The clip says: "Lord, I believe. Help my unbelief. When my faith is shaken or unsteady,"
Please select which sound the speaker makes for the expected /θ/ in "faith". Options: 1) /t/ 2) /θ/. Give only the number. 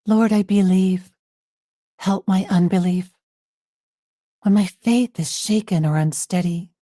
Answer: 2